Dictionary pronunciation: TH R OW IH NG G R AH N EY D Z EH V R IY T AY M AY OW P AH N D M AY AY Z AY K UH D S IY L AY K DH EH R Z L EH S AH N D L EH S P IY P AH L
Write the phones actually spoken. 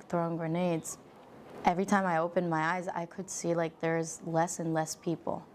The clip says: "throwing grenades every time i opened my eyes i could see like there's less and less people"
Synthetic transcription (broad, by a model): TH R OW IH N G R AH N EY D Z EH V R IY T AY M AY OW P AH N M AY AY Z AY K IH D S IY L AY K DH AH R Z L EH S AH N L EH S P IY P L